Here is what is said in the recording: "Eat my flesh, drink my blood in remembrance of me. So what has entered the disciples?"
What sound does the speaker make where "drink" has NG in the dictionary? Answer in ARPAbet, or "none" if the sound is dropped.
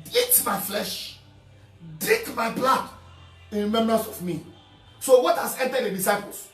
none